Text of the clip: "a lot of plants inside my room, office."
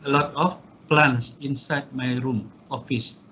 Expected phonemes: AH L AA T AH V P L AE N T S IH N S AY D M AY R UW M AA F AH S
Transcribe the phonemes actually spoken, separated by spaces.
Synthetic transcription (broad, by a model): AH L AA T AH F P L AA N S IH N S AY D M AY R UW M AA F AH S